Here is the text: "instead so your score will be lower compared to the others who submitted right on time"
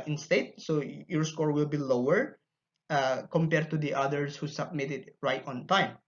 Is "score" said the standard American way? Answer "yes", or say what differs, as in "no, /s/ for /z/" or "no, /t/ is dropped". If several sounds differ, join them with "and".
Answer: yes